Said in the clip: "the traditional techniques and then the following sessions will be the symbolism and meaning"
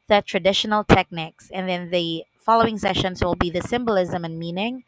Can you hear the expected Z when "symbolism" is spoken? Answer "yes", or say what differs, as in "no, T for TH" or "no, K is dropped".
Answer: yes